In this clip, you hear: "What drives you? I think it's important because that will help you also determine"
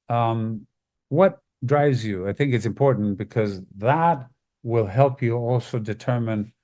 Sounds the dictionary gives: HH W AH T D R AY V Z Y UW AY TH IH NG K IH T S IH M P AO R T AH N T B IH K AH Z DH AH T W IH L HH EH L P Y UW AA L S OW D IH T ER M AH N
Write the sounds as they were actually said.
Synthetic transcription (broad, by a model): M W AH T D R AY V Z Y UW AY TH IH NG K IH T S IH M P AO R T N B IH K AH Z DH AH T W IH L HH EH L P Y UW AA L S OW D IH T ER M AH N